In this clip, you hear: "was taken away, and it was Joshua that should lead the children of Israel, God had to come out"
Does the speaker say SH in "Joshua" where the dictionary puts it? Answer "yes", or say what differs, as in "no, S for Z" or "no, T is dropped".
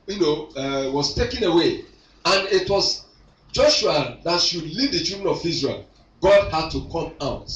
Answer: yes